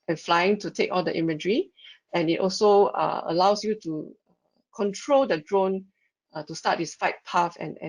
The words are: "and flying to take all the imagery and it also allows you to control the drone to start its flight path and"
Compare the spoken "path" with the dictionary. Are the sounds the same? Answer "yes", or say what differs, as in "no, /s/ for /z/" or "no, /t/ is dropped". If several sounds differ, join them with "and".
no, /f/ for /θ/